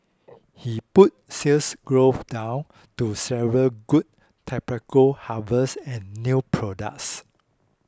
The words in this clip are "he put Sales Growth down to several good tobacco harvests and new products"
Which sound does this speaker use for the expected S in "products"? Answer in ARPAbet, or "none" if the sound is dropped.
S